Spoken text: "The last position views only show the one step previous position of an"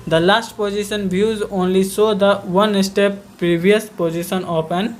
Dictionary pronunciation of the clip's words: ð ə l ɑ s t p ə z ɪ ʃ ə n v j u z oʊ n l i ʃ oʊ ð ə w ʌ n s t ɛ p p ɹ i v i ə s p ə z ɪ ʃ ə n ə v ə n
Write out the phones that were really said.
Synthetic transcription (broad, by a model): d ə l ɑ s t p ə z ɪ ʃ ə n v j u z oʊ n l i s oʊ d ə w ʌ n s t ɛ p p ɹ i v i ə s p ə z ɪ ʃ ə n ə p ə n